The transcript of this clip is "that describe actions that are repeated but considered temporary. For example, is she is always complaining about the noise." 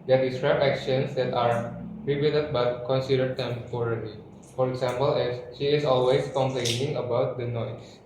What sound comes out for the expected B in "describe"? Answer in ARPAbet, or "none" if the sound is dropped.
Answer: none